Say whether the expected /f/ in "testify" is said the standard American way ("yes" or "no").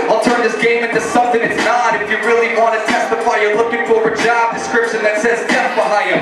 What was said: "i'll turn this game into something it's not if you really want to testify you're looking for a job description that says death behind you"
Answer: yes